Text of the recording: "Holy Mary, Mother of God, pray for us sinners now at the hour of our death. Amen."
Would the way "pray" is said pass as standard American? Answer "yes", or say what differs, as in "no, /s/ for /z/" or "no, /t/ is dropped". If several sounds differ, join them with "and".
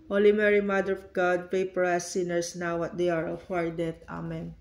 no, /ɹ/ is dropped